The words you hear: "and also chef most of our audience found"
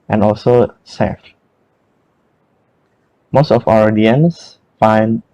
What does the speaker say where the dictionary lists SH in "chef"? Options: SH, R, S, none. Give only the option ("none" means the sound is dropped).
S